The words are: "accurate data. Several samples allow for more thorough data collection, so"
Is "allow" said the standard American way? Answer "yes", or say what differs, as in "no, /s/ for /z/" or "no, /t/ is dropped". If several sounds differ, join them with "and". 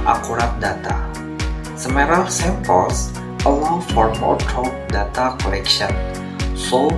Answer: no, /w/ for /l/